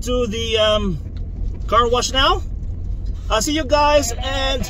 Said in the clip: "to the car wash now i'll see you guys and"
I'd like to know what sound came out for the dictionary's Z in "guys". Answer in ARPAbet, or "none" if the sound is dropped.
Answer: Z